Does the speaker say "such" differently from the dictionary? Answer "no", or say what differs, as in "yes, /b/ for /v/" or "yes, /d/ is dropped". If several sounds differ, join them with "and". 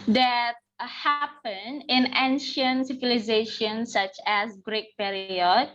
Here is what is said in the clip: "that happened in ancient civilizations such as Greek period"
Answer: no